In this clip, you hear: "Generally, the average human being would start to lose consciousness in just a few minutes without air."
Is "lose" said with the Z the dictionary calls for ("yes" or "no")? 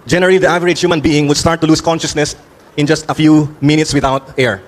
no